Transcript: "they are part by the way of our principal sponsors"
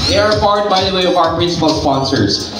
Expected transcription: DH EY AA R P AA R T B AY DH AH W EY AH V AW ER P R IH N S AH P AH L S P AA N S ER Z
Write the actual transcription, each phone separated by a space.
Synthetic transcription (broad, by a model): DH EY AA R F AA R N B AY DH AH W EY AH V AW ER P R IH N S AH P AH L S P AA N S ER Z